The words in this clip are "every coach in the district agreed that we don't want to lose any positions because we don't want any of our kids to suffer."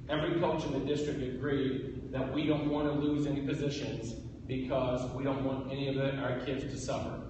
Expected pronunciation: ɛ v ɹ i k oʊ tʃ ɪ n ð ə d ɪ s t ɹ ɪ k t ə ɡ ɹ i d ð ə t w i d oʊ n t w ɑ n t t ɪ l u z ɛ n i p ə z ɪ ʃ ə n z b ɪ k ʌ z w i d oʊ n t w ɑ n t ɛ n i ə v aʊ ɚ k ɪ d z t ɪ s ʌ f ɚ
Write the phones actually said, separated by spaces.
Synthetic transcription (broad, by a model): ɛ v ɹ i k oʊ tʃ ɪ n ð ə d ɪ s t ɹ ɪ k t ə ɡ ɹ i d ð ə t w i d oʊ n t w ɑ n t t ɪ l u z ɛ n i p ə z ɪ ʃ ə n z b ɪ k ʌ z w i d oʊ n t w ɑ n t ɛ n i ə v aʊ ɚ k ɪ d z t ɪ s ʌ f ɚ